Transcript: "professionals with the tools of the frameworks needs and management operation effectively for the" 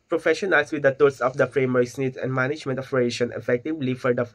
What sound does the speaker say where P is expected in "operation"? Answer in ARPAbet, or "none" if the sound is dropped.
F